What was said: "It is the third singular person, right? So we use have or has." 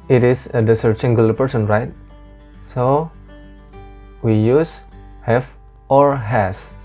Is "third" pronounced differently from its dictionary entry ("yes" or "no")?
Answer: yes